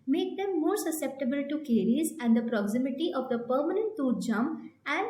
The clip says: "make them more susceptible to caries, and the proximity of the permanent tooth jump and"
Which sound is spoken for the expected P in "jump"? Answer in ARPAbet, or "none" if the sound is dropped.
none